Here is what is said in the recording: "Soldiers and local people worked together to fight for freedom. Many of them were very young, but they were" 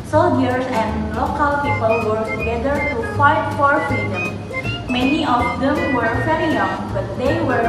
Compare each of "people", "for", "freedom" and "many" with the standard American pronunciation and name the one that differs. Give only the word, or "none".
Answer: freedom